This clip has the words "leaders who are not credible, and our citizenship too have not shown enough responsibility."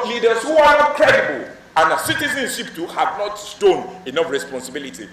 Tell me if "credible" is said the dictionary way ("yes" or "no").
no